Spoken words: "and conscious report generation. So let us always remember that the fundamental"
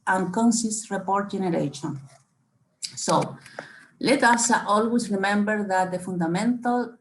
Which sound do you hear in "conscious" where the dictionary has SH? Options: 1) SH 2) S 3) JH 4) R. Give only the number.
2